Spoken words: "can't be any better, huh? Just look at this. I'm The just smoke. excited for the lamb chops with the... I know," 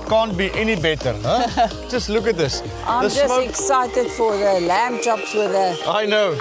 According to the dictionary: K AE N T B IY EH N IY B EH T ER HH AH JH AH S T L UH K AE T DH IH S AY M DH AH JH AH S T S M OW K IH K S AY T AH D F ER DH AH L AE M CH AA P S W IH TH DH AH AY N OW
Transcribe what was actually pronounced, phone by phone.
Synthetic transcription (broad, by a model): K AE N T B IY EH N IY B EH T ER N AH JH AH S T L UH K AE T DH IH S AY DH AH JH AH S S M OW IH K S AY T AH D F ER DH AH L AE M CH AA P S W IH DH AH AY N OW